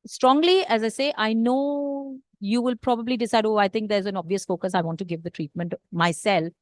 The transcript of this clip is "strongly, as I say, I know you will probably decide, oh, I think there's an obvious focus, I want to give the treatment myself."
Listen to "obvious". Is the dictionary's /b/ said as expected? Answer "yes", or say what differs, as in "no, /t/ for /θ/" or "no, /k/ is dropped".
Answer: yes